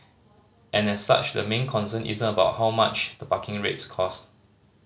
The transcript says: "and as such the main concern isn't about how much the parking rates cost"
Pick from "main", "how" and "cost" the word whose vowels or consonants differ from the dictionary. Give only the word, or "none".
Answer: none